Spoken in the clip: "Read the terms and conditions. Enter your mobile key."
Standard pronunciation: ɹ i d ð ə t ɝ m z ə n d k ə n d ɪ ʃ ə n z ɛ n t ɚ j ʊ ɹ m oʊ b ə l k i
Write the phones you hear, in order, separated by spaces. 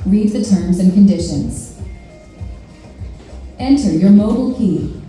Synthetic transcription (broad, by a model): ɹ i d ð ə t ɝ m z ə n k ə n d ɪ ʃ ə n z ɛ n t ɚ j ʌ ɹ m oʊ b l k i